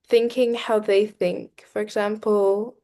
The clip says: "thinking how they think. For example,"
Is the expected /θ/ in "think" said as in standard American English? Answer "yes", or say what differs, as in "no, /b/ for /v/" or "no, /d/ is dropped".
yes